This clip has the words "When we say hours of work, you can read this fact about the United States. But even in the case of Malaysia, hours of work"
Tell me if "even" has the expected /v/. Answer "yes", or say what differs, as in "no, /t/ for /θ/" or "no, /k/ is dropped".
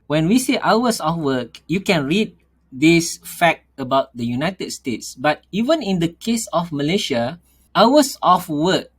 yes